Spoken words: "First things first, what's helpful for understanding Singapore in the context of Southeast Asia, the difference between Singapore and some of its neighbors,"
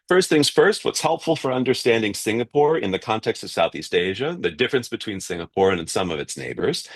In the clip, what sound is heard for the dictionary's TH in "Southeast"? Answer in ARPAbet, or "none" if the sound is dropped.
TH